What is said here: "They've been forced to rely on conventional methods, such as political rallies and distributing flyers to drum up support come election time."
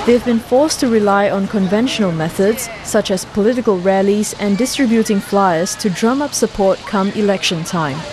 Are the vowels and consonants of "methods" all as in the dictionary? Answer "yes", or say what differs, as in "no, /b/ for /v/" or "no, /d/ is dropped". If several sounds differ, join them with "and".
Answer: yes